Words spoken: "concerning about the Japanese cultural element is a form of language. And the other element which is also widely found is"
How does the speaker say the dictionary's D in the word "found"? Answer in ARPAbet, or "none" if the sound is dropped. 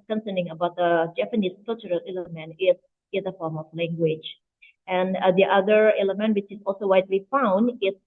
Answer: D